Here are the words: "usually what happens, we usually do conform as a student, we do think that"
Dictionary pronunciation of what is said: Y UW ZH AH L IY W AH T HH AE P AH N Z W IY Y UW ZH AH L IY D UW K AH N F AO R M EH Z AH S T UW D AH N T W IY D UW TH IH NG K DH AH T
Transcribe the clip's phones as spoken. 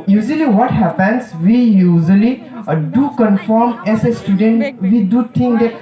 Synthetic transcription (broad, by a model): Y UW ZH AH L IY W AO T HH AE P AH N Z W IY Y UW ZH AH L IY D UW K AH N F AO R M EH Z AH S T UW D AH N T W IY D UW T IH NG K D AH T